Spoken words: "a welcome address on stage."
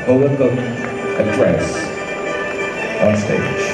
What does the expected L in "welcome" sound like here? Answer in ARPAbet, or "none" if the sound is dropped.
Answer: none